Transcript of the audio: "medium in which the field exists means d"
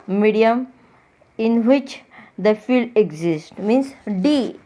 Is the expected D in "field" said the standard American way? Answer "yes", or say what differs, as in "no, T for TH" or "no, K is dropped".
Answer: yes